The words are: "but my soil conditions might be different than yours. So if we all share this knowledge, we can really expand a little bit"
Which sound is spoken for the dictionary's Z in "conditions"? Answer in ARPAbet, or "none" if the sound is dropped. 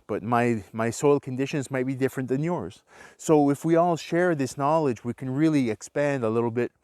Z